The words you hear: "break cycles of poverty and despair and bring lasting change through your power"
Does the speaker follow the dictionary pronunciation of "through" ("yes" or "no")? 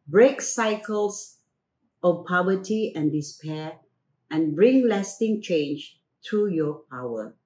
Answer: no